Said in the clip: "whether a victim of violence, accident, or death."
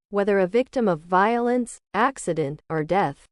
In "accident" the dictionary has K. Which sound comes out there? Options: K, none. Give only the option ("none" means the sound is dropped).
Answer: K